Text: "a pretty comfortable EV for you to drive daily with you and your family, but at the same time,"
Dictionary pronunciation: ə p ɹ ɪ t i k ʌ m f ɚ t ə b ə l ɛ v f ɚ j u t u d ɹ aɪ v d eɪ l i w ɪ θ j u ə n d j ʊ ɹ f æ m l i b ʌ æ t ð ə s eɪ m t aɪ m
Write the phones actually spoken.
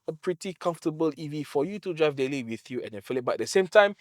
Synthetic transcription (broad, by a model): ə p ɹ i t i k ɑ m f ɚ t ə b ə l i v f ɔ j u t u d ɹ aɪ v d eɪ l i w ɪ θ j u ə n d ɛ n f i l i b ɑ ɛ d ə s eɪ m t aɪ m